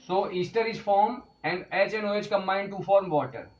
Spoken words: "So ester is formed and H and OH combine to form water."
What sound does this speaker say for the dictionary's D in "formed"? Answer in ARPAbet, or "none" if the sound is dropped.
none